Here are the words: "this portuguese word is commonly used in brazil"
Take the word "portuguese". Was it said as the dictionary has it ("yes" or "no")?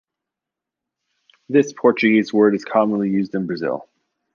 yes